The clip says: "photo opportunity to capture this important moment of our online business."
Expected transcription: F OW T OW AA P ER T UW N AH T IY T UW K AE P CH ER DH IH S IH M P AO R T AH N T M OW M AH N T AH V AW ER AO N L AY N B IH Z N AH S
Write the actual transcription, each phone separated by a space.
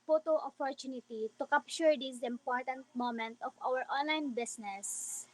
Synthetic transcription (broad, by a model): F OW T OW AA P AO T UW N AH T IY T UW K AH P SH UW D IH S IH M P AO R T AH N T M OW M AH N T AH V AW ER AO N L AY N B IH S N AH S